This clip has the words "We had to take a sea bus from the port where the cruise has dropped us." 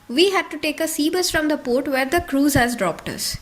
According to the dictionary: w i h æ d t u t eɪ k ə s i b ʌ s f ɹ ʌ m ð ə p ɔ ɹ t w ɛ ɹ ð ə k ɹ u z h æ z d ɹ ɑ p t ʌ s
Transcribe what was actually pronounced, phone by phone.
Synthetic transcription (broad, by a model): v i h æ d t u t eɪ k ə s i b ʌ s f ɹ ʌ m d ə p ɔ ɹ t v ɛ ɹ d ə k ɹ u z h æ z d ɹ ɑ p t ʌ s